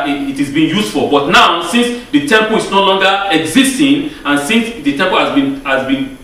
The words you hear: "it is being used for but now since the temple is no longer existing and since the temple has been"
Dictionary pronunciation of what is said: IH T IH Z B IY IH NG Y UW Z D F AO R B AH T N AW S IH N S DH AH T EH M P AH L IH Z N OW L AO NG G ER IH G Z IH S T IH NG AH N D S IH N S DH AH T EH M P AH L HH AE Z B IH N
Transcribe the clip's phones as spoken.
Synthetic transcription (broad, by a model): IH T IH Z B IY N Y UW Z F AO L B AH T N AW S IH N S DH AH T EH M P AH L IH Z N OW L AO NG G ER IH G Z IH S T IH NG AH N S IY N S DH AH T EH M P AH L HH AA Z B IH N